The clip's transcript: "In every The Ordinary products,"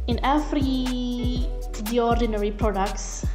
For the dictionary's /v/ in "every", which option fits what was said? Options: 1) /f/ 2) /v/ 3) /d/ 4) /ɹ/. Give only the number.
1